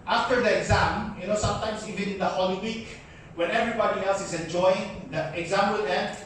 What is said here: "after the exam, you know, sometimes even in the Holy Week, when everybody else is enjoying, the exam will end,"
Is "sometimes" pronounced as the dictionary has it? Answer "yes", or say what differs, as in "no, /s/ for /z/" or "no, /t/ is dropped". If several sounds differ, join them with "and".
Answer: no, /s/ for /z/